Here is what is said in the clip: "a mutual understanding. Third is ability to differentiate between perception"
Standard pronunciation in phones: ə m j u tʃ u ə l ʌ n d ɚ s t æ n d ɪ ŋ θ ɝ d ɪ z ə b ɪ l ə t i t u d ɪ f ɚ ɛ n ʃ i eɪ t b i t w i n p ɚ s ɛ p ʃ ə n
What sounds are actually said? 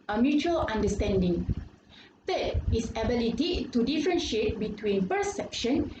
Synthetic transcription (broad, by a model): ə m j u tʃ u ə l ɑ n d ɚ s t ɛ n d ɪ ŋ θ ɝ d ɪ s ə b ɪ l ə t i t u d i f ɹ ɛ n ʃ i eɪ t b i t w i n p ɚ s ɛ p ʃ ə n